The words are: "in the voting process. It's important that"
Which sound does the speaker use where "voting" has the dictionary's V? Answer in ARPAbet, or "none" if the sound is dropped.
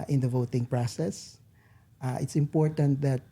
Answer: V